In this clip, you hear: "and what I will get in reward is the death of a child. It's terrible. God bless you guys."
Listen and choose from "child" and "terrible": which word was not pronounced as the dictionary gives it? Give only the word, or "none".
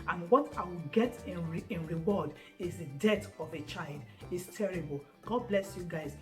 none